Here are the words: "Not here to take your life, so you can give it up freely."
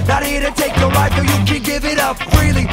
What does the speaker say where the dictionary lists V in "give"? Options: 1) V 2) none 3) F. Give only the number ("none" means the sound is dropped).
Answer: 1